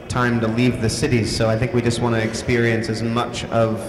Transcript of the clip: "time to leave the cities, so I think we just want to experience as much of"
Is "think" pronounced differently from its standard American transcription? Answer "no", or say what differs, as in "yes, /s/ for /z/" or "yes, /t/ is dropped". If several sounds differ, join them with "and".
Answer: no